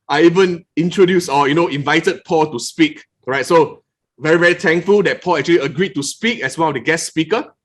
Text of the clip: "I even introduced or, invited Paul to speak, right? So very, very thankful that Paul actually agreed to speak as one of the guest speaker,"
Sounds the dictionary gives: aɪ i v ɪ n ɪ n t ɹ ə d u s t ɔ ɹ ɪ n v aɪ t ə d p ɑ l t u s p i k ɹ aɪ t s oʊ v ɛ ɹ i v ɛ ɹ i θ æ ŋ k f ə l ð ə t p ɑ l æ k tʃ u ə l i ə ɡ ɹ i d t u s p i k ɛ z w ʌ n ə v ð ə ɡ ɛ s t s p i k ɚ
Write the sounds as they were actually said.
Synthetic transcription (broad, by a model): aɪ i v ɪ n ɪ n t ɹ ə d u s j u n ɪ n v aɪ t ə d p ɑ l t u s p i k ɹ aɪ t s oʊ v ɛ ɹ i v ɛ ɹ i t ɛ ŋ k f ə l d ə t p ɑ l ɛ k tʃ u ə l i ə ɡ ɹ i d t u s p i k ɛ s w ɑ n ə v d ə ɡ ɛ s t s p i k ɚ